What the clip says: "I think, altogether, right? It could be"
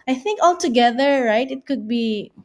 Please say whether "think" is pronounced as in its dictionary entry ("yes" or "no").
yes